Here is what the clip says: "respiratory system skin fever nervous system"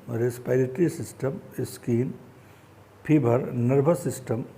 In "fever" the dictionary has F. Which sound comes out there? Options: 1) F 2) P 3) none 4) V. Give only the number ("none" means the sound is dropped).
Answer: 2